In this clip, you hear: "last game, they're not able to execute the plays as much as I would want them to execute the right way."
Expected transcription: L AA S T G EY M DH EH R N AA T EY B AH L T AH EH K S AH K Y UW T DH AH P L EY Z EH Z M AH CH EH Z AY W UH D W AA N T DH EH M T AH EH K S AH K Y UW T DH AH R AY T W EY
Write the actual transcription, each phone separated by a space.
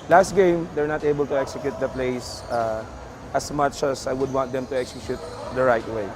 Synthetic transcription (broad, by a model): L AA S T G EY M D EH R N AA T EY B AH L T AH EH K S AH K Y UW T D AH P L EY S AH S M AH CH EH S AY W UH D W AA N T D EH M T AH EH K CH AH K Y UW T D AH R AY T W EY